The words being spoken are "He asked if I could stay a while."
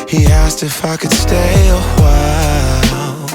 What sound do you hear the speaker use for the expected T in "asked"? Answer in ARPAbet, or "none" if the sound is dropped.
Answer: T